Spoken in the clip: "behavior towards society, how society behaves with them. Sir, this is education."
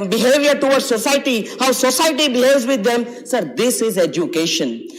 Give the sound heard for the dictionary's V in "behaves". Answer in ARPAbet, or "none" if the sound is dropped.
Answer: none